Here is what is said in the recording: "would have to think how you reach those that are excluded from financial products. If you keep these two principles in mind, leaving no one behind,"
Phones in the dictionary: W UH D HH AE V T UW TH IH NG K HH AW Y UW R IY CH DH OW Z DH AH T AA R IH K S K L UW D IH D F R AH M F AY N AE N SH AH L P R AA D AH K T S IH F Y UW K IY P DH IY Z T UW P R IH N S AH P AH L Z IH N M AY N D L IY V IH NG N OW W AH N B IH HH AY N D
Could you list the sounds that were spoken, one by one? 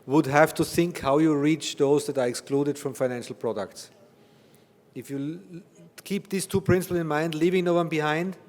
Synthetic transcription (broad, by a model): W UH D HH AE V T UW TH IH NG K HH AW Y UW R IY CH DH OW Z DH AH T AA R IH K S K L UW D IH D F R AH M F AY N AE N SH L P R AA D AH K T S IH F Y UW K IY P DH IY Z T UW P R IH N S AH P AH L IH N M AY N D L IY V IH NG N OW W AH N B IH HH AY N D